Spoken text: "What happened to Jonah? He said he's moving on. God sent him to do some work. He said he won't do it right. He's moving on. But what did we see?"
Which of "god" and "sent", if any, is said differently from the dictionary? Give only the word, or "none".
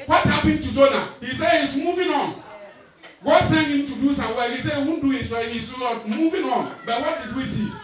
sent